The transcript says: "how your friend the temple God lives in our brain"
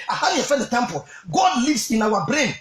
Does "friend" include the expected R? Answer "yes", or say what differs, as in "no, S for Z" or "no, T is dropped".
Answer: no, R is dropped